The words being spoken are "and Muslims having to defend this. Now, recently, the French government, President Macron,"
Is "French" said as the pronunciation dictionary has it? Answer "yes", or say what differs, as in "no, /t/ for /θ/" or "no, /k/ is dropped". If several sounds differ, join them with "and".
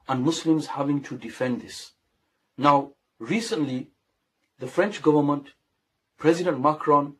yes